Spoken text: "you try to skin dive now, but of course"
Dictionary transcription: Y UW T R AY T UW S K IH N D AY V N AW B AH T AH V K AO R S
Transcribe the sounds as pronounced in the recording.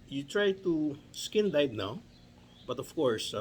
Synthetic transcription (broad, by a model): Y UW T R AY T UW S K IH N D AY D N AW B AH T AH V K AO R S